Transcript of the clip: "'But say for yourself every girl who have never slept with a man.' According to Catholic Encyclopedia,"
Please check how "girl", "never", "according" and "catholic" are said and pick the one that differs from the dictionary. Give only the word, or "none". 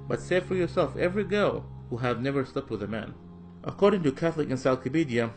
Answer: none